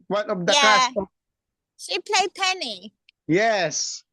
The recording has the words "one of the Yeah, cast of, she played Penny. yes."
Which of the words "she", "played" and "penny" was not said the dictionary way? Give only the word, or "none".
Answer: none